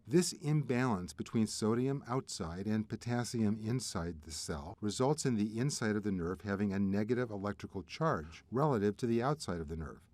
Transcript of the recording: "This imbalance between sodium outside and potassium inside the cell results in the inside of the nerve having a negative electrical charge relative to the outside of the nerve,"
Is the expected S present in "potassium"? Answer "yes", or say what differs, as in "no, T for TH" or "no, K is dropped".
yes